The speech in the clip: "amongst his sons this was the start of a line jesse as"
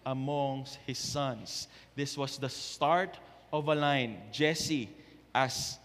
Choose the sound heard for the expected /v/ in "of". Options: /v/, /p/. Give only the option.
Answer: /v/